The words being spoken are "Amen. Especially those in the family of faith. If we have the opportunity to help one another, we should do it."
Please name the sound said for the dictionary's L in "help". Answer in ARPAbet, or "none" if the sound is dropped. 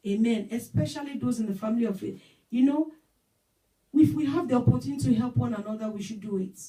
L